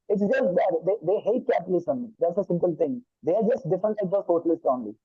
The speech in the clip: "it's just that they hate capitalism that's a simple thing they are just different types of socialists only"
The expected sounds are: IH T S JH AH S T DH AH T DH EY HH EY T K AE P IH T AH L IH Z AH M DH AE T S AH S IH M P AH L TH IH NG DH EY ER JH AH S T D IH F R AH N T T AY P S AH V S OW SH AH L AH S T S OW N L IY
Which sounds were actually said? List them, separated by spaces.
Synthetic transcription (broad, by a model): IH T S JH AH S T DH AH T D EY HH EY T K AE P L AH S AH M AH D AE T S AH S IH M P AH L T IH NG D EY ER JH AH S T D IH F R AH N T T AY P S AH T OW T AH L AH S T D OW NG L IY